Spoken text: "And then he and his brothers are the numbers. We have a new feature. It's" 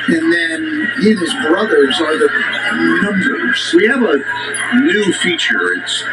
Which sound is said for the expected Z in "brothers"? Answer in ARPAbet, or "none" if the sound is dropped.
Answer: Z